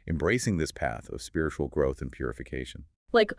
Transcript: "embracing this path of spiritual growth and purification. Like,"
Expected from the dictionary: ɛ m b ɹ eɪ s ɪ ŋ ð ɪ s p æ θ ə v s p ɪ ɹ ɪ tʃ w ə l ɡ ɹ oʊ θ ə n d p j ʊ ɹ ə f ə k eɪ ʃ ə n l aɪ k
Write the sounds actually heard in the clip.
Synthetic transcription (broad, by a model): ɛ m b ɹ eɪ s ɪ ŋ ð ɪ s p æ θ ə v s p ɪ ɹ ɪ tʃ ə l ɡ ɹ oʊ θ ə n p j ʊ ɹ ə f ə k eɪ ʃ ə n l aɪ k